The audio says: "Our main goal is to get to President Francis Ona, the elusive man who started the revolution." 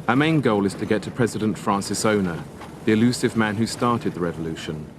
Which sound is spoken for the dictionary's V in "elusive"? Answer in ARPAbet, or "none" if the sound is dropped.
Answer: V